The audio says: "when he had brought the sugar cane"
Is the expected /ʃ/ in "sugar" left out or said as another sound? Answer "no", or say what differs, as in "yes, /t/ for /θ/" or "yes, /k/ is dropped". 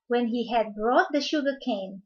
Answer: no